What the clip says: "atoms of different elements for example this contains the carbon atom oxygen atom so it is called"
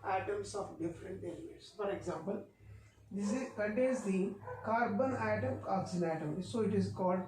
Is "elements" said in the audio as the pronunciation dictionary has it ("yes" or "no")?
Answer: no